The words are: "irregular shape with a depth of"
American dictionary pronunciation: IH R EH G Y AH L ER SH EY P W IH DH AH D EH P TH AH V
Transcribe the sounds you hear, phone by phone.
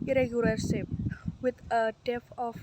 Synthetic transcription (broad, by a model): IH R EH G Y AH L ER S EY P W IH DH AH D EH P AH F